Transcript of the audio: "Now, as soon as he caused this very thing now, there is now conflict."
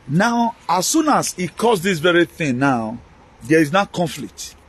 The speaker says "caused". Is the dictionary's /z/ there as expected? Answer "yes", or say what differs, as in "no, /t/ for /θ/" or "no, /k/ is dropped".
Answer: no, /s/ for /z/